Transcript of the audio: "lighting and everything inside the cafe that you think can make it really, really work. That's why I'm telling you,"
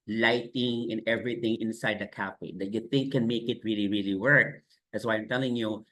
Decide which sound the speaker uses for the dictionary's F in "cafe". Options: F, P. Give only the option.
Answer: P